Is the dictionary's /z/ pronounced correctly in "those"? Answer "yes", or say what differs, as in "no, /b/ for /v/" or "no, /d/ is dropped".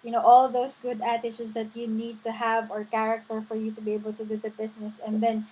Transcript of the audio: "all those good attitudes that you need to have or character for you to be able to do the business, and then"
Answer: no, /s/ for /z/